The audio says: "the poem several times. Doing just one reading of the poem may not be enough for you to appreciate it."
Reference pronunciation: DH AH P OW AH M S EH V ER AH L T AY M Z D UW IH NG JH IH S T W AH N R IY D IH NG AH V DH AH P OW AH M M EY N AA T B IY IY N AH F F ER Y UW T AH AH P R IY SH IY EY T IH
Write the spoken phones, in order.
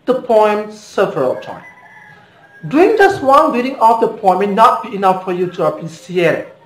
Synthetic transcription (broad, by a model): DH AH P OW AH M S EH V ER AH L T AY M D UW IH NG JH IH S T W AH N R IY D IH NG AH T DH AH P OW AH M M EY N AA T B IY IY N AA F F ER Y UW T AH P IY S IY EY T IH